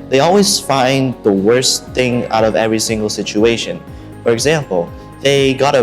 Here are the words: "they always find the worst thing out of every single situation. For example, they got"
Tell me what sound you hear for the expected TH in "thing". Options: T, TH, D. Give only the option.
TH